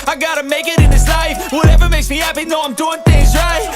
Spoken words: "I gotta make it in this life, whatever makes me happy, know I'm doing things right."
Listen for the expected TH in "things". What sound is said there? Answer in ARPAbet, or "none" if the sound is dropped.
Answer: TH